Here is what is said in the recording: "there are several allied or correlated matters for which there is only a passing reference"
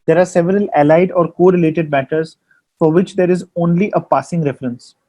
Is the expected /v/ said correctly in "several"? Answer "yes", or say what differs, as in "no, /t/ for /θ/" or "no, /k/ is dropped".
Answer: yes